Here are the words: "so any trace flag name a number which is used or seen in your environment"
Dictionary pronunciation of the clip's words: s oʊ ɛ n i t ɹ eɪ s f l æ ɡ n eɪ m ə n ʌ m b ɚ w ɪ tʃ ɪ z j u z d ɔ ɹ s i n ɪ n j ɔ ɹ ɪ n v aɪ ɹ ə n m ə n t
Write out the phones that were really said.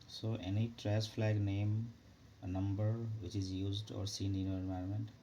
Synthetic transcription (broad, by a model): s oʊ ɛ n i t ɹ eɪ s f l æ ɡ n eɪ m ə n ʌ m b ɚ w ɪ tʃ ɪ z j u z d ɔ ɹ s i n ɪ n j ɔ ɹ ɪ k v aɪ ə m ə n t